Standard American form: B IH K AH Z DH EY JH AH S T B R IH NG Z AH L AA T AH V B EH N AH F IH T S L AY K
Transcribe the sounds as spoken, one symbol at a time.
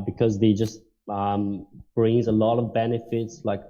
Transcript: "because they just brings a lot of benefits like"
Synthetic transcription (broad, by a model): B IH K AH Z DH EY JH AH S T B R IH NG Z AH L AA T AH V B EH N AH F IH T S L AY K